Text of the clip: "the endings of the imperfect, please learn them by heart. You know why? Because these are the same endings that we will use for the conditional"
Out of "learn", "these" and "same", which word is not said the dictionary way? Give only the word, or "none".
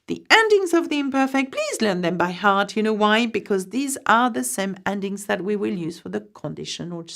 none